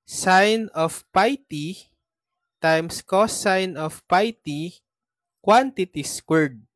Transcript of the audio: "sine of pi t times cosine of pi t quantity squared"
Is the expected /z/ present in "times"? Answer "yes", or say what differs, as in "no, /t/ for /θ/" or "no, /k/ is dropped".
no, /s/ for /z/